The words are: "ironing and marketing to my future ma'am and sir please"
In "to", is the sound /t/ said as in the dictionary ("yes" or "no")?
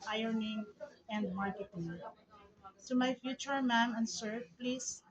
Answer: no